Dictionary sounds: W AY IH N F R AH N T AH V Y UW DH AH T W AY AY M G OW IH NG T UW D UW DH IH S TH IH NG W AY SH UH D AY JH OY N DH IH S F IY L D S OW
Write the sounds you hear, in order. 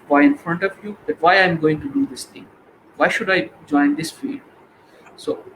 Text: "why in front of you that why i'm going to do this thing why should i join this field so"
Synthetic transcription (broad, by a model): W AY IH N F R AH N T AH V Y UW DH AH T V AY AY M G OW IH NG T UW D UW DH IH S T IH NG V AY SH UH D AY JH OY N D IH S F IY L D S OW